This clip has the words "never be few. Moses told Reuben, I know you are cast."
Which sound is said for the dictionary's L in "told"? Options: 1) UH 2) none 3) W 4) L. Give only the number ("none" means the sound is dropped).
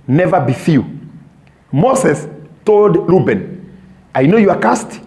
4